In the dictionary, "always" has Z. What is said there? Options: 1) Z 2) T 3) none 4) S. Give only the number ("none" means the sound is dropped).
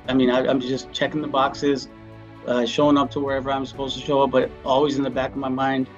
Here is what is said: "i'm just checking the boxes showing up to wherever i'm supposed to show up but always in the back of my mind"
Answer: 1